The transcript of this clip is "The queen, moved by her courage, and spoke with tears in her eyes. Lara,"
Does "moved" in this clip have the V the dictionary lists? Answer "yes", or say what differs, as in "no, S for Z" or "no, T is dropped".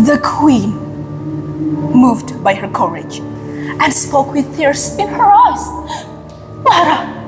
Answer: yes